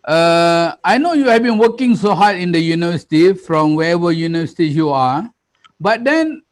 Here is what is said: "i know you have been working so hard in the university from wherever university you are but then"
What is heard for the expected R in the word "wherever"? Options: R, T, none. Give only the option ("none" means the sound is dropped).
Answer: none